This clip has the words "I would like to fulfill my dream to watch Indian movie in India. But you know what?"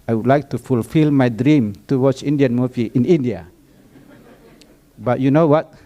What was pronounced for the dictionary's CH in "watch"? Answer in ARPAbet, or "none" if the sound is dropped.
S